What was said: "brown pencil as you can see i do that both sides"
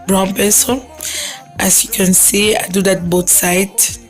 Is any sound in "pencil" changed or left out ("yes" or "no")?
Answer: yes